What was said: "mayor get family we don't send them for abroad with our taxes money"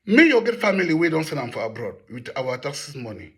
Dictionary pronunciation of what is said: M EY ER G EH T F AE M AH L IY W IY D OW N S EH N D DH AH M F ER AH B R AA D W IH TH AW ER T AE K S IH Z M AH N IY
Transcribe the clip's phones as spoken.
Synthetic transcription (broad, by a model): M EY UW G EH T F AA M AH L IY W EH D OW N S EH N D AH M F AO AH B R AA D W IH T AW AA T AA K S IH S M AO N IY